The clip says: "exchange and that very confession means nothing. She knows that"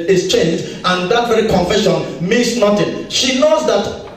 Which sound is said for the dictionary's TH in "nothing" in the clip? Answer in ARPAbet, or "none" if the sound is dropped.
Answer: T